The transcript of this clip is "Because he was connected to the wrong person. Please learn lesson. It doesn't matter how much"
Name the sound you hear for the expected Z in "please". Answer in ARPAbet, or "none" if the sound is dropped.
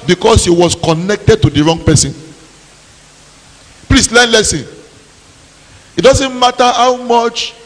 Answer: S